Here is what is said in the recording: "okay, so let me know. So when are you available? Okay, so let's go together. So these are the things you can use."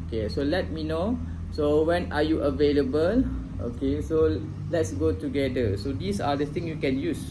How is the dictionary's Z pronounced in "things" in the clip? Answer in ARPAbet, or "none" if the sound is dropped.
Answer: none